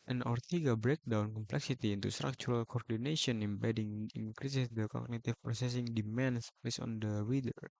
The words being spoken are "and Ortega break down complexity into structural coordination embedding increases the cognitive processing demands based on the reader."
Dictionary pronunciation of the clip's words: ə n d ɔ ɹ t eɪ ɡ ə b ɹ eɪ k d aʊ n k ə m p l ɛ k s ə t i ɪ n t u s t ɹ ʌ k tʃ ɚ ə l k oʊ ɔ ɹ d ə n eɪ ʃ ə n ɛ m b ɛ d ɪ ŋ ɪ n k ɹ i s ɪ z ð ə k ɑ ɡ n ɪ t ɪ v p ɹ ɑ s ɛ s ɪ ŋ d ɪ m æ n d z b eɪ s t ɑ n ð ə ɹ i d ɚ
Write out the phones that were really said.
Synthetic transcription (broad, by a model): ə n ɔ ɹ t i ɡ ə b ɹ eɪ k d aʊ n k ə m p l ɛ k s ə t i n t u s t ɹ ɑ k tʃ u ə l k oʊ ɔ ɹ d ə n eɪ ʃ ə n ɛ m b ɛ d ɪ ŋ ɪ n k ɹ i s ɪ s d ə k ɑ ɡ n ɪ t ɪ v p ɹ ɑ s ɛ s ɪ ŋ d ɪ m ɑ n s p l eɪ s ɑ n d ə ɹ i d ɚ